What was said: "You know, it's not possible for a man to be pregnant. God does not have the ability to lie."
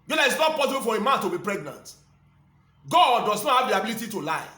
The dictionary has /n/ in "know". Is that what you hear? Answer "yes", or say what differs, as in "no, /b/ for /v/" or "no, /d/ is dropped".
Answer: no, /l/ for /n/